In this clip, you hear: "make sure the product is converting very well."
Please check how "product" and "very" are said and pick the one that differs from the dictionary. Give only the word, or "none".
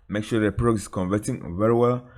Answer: product